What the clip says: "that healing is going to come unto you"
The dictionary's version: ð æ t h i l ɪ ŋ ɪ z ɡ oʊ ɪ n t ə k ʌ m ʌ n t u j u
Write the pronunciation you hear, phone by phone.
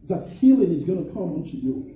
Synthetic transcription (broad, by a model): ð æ t h i l ɪ ŋ ɪ z ɡ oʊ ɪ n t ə k ʌ m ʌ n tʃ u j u